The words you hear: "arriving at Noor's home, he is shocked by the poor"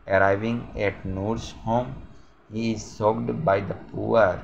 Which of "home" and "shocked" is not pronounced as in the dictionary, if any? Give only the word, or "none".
shocked